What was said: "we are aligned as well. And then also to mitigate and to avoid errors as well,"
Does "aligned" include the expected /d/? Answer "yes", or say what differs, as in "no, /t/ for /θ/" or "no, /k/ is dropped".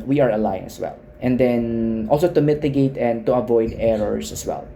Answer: no, /d/ is dropped